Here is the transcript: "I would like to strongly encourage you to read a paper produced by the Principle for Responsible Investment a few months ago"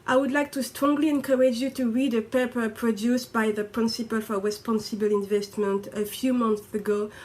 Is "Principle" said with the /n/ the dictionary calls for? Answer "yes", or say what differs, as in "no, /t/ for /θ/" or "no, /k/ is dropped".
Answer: yes